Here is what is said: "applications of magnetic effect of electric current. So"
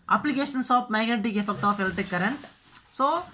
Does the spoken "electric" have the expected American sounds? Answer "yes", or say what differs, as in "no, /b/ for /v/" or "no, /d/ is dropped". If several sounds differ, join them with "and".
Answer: no, /ɹ/ is dropped